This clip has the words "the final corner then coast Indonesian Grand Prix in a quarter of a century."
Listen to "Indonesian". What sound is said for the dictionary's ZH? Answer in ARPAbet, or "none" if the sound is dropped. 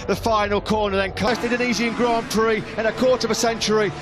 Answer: Z